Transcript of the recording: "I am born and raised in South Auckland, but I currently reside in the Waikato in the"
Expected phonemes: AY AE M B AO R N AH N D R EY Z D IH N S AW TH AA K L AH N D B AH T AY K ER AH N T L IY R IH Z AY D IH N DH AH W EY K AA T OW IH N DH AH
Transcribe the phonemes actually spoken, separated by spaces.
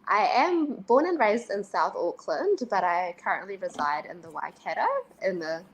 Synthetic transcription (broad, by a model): AY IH M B AO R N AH N R EY Z D IH N S AW TH AA K L AH N D B AH T AY K ER AH N T L IY R IH Z AY D IH N DH AH W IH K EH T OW IH N DH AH